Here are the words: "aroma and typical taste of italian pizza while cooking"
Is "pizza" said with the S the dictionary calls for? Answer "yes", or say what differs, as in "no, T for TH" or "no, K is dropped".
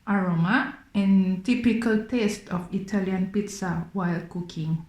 yes